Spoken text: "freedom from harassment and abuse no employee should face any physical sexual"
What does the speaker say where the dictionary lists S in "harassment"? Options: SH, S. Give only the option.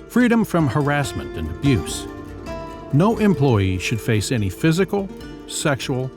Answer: S